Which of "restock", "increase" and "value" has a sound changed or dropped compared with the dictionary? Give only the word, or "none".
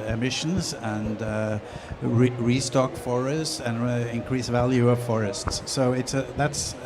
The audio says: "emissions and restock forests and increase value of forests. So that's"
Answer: none